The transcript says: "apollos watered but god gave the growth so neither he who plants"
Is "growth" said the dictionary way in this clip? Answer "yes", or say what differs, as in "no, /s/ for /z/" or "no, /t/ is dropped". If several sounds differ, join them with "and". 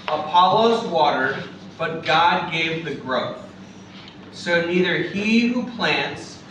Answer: yes